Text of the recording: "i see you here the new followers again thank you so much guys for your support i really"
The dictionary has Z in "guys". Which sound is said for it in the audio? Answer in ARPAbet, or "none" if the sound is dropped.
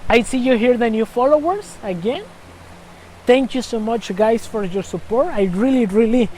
S